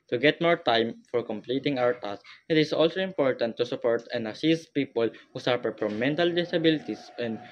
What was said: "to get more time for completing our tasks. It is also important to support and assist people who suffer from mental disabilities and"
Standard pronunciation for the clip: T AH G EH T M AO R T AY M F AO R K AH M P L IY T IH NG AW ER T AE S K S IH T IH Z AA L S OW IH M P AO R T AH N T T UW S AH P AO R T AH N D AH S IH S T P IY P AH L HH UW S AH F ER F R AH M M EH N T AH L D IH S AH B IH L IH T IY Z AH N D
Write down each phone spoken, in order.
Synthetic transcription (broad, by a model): T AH G EH T M AO R T AY M F AO R K AH M P L IY T IH NG AW ER T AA S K IH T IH S AA L S OW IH M P AO R T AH N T T UW S AH P AO R T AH N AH S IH S T P IY P AH L HH UW S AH P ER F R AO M M EH N T AH L D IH S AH B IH L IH T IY S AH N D